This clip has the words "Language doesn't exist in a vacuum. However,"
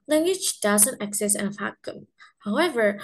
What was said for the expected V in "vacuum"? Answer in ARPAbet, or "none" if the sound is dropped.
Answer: F